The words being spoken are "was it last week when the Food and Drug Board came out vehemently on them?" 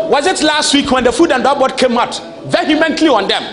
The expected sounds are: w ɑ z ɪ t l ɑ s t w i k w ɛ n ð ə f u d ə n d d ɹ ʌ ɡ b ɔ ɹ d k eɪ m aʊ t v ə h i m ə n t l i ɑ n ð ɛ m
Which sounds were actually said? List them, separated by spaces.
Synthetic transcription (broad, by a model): w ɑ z ɪ t l ɑ s t w i k w ɛ n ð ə f u d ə n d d ɔ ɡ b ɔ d k eɪ m aʊ t v ə h i m ə n t l i ɑ n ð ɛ m